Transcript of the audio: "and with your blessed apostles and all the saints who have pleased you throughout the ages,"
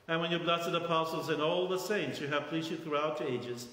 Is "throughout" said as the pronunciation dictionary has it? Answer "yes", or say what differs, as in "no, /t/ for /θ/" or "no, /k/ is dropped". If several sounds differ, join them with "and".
yes